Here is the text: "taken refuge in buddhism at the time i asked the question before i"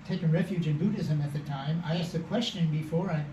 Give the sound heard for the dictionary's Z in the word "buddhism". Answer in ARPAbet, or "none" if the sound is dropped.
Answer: Z